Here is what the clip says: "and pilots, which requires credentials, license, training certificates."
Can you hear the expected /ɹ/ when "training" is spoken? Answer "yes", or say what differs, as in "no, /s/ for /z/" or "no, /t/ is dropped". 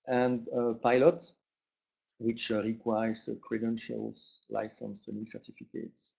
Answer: no, /ɹ/ is dropped